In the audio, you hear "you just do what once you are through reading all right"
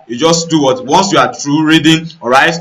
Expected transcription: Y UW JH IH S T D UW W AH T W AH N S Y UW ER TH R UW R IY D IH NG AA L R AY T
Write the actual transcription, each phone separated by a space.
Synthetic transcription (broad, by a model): Y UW JH IH S T D UW W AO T W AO N S Y UW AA T R UW R IY D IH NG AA R AY T